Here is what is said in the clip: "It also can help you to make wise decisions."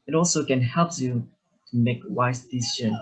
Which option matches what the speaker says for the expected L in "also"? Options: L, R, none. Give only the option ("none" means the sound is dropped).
L